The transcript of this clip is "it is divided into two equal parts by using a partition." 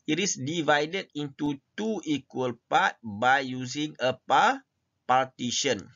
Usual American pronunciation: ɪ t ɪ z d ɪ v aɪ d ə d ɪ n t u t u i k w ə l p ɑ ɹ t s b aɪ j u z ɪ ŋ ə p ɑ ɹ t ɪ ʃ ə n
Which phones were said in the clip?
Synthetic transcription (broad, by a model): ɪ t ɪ s d ɪ v aɪ d ə d ɪ n t u t u i k w ə l p ɑ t b aɪ j u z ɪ ŋ ə p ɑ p t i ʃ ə n